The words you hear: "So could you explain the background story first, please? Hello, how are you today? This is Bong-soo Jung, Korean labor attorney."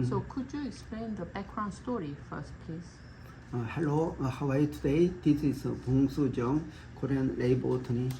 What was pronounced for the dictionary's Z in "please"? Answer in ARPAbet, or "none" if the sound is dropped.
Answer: S